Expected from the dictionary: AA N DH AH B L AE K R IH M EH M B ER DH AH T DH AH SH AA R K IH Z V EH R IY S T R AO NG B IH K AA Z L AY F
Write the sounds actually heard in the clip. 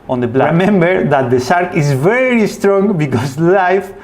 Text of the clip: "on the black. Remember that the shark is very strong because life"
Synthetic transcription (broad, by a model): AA N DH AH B L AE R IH M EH M B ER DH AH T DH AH S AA R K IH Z V EH R IY S T R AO NG B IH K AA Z L AY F